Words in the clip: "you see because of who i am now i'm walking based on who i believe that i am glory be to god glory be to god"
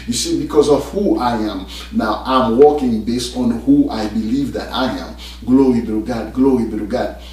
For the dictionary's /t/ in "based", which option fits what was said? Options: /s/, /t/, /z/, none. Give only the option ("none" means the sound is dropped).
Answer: /t/